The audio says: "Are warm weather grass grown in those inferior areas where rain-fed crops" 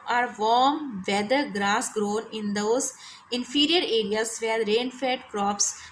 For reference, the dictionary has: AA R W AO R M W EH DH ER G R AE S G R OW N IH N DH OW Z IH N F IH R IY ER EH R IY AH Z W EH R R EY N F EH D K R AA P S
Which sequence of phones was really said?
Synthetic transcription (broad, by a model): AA R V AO R M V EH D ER G R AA S G R OW N IH N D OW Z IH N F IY R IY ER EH R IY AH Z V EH R R EY N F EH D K R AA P S